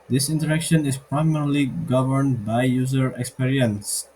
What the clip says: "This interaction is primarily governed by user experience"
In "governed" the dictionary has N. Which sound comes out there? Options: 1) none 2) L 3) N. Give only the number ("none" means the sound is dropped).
3